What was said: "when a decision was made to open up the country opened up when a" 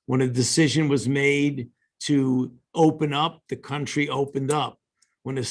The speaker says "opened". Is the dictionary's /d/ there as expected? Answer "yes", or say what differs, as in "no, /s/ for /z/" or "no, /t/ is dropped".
yes